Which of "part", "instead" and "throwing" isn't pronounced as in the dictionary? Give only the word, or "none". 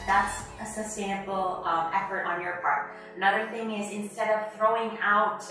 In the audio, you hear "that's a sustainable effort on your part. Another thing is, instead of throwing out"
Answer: none